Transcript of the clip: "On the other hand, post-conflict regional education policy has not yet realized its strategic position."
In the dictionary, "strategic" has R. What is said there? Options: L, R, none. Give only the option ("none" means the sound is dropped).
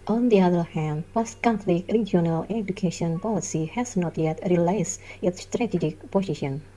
R